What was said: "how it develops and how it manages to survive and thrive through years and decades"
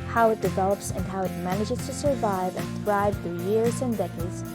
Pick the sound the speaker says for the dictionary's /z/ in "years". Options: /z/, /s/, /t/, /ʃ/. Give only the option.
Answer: /z/